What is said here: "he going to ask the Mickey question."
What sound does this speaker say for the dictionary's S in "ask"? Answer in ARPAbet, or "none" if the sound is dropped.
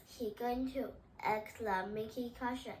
none